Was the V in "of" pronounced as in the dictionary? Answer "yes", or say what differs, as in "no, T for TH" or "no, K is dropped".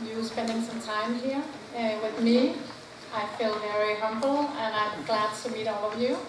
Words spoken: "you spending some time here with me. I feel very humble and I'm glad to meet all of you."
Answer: yes